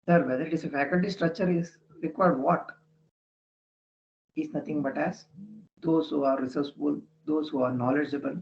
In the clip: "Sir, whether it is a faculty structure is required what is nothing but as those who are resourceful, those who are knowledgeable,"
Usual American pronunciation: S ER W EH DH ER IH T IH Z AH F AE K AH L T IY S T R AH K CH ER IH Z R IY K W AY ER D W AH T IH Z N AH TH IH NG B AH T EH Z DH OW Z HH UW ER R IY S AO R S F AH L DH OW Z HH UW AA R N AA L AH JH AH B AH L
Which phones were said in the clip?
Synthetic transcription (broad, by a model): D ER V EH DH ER IH T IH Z AH F AE K AH L T IY S T R AH K CH ER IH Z R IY K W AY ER D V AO T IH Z N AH T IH NG B AH T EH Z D OW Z HH UW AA R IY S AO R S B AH L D OW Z HH UW AA R N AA L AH JH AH B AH L